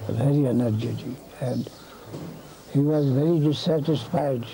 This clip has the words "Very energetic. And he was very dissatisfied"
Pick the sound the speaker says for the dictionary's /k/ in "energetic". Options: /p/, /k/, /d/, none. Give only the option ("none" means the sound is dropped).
none